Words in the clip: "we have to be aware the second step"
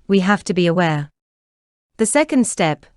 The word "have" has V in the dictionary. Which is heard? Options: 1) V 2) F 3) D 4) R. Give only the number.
2